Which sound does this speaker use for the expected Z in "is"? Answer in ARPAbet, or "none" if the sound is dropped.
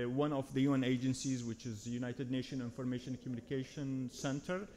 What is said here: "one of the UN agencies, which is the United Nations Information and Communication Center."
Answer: Z